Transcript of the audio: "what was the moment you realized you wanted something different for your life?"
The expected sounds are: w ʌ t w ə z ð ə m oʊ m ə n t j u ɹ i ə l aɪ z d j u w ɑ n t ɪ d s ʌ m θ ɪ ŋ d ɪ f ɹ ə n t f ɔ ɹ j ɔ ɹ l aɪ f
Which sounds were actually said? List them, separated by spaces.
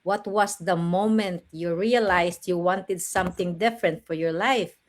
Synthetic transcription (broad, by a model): w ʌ t w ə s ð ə m oʊ m ə n t j u ɹ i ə l aɪ s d j u w ɑ n t ɪ d s ʌ m θ ɪ ŋ d ɪ f ɹ ə n t f ɔ ɹ j ɔ ɹ l aɪ f